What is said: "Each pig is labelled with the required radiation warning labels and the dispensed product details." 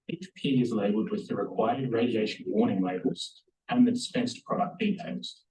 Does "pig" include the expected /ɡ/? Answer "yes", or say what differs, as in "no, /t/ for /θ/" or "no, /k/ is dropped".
no, /ɡ/ is dropped